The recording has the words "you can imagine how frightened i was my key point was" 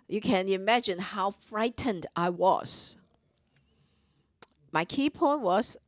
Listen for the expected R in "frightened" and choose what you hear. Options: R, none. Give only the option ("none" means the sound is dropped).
R